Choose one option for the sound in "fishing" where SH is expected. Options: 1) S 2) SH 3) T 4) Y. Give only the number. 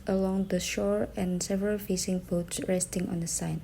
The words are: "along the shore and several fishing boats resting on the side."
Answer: 1